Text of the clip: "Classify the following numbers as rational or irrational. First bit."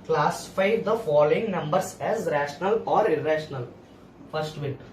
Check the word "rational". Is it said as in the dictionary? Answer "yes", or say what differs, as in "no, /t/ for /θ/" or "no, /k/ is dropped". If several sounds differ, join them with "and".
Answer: yes